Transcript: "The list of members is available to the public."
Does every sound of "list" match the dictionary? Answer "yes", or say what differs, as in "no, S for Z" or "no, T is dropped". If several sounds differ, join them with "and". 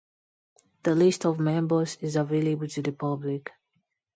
yes